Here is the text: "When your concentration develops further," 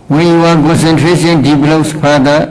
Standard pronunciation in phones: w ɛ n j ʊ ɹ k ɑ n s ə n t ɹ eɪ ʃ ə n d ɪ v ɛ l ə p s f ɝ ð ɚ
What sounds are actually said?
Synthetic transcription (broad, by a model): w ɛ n j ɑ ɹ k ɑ n s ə n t ɹ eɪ s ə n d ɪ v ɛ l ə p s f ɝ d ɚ